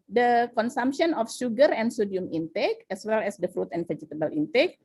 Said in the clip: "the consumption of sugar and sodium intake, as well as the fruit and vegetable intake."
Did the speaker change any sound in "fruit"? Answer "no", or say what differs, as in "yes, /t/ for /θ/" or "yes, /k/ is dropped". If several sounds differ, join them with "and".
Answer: no